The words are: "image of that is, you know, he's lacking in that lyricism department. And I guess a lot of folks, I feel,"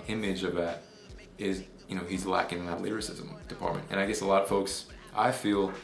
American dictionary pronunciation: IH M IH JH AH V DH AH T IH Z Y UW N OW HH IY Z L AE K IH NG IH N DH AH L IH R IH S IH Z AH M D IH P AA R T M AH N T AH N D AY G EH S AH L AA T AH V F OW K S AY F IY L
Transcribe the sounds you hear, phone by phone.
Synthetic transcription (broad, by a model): IH M IH JH AH V DH AH T IH Z Y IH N OW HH IY Z L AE K IH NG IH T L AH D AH R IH S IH Z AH M D IH P AA R T M AH N T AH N AY G EH S AH L AA T AH V F OW K S AY F IY L